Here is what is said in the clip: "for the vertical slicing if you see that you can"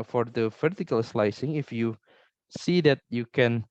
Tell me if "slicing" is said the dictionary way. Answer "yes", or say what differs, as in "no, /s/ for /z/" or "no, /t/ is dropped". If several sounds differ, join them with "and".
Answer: yes